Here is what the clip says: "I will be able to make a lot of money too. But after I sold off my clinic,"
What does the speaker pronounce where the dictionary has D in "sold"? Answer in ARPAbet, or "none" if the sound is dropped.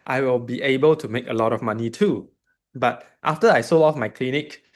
none